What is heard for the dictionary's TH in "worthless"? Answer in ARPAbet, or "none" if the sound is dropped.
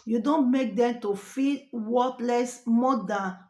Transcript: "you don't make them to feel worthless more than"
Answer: T